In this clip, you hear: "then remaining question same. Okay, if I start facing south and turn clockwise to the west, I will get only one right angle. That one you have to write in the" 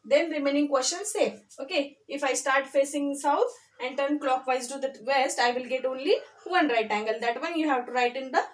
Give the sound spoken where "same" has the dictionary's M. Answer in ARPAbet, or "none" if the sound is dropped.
none